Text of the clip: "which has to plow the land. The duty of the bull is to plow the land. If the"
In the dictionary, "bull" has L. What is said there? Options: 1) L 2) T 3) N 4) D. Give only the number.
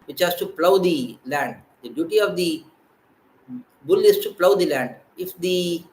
1